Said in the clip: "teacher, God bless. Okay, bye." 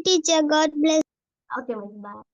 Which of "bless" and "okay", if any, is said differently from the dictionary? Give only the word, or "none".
bless